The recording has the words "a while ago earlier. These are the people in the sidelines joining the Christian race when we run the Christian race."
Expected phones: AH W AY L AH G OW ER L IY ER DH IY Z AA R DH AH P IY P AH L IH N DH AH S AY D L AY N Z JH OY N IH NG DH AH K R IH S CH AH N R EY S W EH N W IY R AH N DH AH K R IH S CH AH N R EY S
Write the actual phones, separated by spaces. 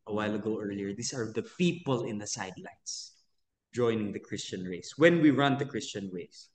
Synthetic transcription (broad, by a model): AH W AY L AH G OW ER L IY ER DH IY S AA R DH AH P IY P AH L IH N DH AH S AY D L AY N S JH OY N IH NG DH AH K R IH S CH AH N R EY S W EH N W IY R AH N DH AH K R IH S CH AH N R EY S